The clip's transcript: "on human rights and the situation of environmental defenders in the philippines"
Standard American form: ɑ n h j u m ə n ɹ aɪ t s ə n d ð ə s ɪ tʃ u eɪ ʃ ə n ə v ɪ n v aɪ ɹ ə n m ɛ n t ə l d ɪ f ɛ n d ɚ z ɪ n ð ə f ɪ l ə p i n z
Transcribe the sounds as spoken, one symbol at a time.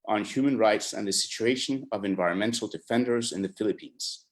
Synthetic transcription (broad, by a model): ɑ n h j u m ə n ɹ aɪ t s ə n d ð ə s ɪ tʃ u eɪ ʃ ə n ə v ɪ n v aɪ ɹ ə n m ɛ n t l d ɪ f ɛ n d ɚ z ɪ n ð ə f ɪ l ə p i n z